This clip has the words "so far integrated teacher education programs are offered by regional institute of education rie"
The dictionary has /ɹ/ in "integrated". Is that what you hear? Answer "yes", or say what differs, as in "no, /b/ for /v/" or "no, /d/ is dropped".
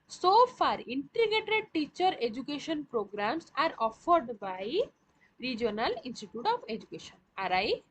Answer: no, /ɹ/ is dropped